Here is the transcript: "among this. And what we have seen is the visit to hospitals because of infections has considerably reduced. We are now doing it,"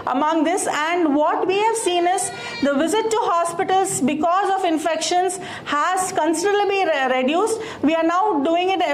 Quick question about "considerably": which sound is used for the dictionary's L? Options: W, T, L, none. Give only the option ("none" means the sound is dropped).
none